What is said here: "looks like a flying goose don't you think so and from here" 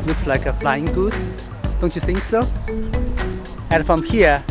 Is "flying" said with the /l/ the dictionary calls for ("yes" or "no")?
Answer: yes